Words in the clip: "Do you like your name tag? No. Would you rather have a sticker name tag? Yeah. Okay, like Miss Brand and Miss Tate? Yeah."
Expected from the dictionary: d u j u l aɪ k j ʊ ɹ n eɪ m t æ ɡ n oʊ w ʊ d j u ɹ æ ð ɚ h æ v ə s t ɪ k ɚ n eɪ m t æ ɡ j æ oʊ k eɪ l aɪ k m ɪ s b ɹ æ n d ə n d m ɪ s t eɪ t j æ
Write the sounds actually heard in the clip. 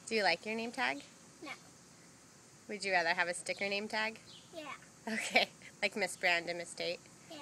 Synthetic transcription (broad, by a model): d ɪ j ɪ l aɪ k j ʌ ɹ n eɪ m t æ ɡ n oʊ w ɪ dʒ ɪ ɹ æ ð ɚ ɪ v ə s t ɪ k ɚ n eɪ m t æ ɡ j æ oʊ k eɪ l aɪ k m ɪ s b ɹ æ n d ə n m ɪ s t eɪ t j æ